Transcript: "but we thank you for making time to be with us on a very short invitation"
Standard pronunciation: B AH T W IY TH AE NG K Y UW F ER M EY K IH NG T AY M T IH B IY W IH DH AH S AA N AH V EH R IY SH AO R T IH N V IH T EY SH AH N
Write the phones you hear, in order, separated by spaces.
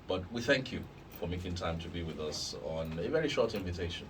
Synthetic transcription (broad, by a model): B AH T W IY TH AE NG K Y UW F ER M EY K IH NG T AY M T IH B IY W IH DH AH S N AH V EH R IY SH AO R T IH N V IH T EY SH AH N